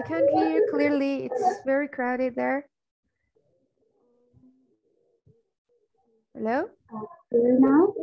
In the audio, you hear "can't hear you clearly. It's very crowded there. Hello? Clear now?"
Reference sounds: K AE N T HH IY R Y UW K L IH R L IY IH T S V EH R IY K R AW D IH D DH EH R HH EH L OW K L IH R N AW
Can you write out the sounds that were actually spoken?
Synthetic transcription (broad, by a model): K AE N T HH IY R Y K L IH R L IY IH T S V EH R IY K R AW D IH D DH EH R HH EH L OW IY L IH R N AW